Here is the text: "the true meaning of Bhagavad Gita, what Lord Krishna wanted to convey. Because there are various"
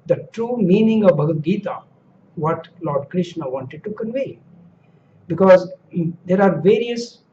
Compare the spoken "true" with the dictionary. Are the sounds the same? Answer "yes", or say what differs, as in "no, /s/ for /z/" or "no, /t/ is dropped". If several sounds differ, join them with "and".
yes